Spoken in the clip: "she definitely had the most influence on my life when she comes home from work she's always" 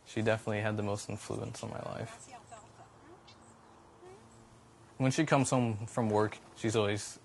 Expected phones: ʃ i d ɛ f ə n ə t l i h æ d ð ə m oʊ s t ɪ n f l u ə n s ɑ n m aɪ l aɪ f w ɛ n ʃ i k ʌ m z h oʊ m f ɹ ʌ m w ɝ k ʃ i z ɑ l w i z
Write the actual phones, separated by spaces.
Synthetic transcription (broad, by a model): ʃ i d ɛ f ə n ə t l i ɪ d ð ə m oʊ s t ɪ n f l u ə n s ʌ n m aɪ l aɪ f w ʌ n ʃ i k ʌ m z h oʊ m f ɹ ʌ m w ɝ k ʃ i z ɑ l w i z